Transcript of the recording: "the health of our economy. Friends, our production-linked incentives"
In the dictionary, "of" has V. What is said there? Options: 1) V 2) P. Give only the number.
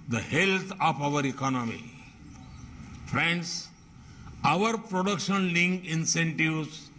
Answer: 2